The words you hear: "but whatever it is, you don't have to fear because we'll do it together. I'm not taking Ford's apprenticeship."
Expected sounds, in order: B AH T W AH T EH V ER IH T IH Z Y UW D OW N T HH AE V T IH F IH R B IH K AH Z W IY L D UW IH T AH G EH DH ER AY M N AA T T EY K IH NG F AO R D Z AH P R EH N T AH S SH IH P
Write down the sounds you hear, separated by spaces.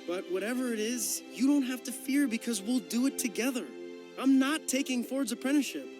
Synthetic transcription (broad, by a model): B AH T W AH T EH V ER IH T IH Z Y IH D OW N T HH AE F T IH F IH R B IH K AH Z W IY L D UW IH T AH G EH DH ER AY M N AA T T EY K IH NG F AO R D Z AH P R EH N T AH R SH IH P